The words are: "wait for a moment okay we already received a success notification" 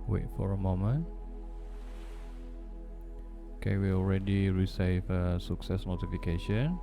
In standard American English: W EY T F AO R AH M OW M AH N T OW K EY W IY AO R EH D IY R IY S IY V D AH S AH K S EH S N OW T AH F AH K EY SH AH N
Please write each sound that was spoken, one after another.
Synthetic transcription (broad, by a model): W EY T F AO R AH M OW M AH N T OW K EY W IY AO R EH D IY R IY S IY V AH S AH K S EH S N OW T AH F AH K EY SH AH N